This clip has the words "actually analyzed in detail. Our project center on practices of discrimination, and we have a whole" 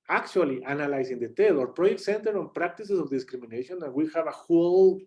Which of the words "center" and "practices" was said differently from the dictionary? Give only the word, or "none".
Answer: practices